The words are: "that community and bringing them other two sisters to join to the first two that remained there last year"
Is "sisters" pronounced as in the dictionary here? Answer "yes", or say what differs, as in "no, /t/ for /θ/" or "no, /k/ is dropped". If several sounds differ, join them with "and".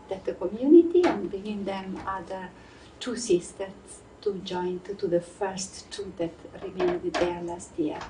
no, /z/ is dropped